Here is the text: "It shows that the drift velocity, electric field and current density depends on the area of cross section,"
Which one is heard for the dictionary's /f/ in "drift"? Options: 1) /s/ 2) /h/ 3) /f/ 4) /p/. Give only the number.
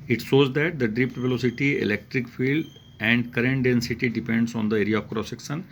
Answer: 4